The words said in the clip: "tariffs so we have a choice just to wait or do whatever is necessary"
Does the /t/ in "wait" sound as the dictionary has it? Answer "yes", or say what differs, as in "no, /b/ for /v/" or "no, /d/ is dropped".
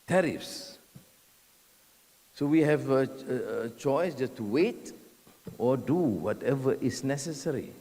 yes